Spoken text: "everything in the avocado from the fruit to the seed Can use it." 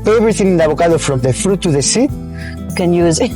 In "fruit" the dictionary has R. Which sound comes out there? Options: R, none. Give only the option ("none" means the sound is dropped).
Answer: R